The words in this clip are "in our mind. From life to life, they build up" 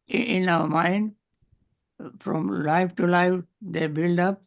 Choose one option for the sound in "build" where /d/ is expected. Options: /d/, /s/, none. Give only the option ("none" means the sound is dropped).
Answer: /d/